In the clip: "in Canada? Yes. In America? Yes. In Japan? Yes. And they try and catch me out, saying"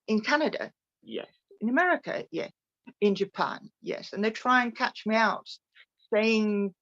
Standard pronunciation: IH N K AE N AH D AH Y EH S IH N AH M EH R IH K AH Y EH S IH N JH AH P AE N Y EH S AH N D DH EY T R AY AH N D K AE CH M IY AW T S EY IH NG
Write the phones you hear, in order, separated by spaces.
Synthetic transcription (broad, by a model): IH N K AE N AH D AH Y EH S IH N AH M EH R IH K AH Y EH S IH N JH AH P AE N Y EH S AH N DH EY T R AY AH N K AE CH M IY AW T S EY IH NG